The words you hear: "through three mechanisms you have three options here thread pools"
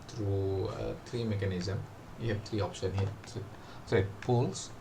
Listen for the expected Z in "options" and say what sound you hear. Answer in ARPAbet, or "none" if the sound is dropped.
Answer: none